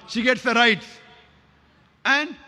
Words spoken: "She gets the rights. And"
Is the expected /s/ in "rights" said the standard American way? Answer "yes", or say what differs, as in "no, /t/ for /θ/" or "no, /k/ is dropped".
no, /s/ is dropped